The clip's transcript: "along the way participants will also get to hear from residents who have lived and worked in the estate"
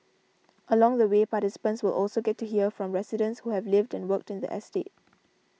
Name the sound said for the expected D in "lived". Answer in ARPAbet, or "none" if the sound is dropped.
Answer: D